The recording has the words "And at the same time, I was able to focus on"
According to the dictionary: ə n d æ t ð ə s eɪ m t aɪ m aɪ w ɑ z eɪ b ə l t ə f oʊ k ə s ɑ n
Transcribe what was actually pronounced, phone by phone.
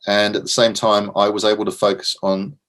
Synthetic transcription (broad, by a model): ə n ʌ t ð ə s eɪ m t aɪ m aɪ w ɑ z eɪ b ə l t ə f oʊ k ə s n